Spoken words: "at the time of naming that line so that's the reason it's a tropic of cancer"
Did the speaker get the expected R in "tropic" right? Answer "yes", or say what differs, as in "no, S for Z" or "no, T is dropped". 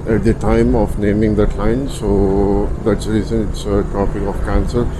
no, R is dropped